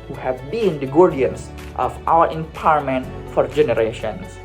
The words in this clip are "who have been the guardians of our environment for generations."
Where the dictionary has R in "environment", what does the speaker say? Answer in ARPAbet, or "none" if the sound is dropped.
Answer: none